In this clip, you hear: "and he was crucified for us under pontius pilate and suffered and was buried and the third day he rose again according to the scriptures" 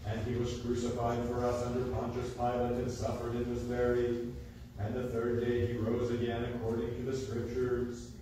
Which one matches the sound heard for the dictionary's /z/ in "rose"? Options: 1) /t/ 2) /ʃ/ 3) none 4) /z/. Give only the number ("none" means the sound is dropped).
4